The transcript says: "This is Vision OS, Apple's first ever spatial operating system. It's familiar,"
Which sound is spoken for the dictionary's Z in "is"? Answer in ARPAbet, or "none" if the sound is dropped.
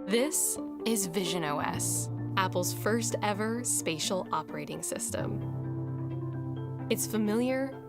Z